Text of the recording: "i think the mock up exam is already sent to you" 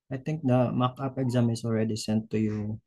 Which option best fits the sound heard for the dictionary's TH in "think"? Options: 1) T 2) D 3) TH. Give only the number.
1